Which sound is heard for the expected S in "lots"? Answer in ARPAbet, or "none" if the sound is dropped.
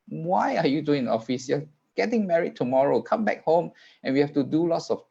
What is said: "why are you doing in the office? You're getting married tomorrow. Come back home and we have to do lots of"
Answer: S